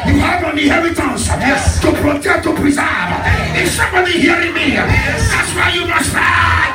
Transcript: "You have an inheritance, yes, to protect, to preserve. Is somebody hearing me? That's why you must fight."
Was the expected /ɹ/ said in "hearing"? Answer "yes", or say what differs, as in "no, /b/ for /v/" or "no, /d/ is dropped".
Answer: yes